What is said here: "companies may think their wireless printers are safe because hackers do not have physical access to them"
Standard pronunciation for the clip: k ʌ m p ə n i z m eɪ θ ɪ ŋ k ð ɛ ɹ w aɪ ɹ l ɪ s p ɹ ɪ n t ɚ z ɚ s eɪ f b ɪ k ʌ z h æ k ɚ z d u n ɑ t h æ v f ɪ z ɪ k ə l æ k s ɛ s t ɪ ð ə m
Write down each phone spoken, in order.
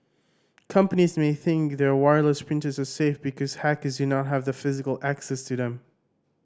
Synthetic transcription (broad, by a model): k ʌ m p ə n i z m eɪ θ ɪ ŋ k ð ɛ ɹ w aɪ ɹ l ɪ s p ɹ ɪ n t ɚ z ɚ s eɪ f b ɪ k ʌ z h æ k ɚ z d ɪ n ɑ t h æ v f ɪ z ɪ k ə l æ k s ɛ s t ɪ ð ə m